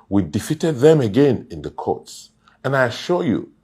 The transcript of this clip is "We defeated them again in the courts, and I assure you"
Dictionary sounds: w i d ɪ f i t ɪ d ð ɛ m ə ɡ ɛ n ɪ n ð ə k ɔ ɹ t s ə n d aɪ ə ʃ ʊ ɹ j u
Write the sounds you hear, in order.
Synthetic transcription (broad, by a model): w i d ɪ f i t ɪ d ð ɛ m ə ɡ ɛ n ɪ n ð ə k ɔ ɹ t s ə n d aɪ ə ʃ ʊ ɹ j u